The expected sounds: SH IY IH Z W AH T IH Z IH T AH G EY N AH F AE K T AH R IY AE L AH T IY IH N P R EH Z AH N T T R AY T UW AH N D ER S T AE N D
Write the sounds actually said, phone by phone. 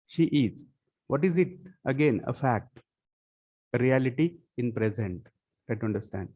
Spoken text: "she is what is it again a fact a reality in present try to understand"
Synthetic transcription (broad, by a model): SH IY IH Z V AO T IH Z IH T AH G EY N AH F AE K T AH R IY AE L AH T IY IH N P R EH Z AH N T T AY T UW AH N D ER S T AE N D